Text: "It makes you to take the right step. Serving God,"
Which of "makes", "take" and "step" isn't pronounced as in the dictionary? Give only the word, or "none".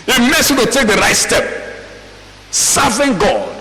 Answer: makes